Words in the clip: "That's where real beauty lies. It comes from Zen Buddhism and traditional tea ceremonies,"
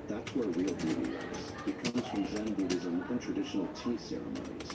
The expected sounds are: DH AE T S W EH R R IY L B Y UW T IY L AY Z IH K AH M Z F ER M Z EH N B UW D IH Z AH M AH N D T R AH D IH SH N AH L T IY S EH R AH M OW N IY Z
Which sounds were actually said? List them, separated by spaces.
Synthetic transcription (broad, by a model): DH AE T S W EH R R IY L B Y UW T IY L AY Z IH K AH Z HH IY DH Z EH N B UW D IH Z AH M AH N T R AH D IH SH N L T IY S EH R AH M OW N IY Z